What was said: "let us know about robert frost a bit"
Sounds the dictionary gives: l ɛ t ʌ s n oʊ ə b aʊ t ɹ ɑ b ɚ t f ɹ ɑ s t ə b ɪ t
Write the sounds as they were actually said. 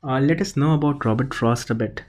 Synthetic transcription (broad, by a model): l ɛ t ʌ s n oʊ ə b aʊ t ɹ ɑ b ɚ t f ɹ ɑ s t ə b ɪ t